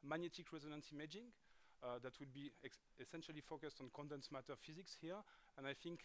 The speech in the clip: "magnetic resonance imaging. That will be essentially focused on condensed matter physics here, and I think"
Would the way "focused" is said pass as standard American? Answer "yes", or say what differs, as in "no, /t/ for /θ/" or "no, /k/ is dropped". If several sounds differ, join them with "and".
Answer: yes